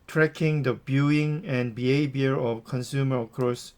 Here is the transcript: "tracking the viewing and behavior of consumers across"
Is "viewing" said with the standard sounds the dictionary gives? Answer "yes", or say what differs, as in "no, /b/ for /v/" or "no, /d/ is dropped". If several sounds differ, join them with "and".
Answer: no, /b/ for /v/